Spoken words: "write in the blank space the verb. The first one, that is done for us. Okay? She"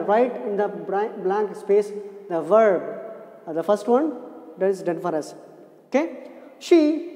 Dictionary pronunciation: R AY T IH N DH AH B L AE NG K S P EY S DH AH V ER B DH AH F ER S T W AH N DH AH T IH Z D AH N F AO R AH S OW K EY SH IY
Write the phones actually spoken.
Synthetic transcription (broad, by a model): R AY T IH N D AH B L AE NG K S P EY S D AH V ER B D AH F ER S T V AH N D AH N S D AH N F AO R AH S OW K EY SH IY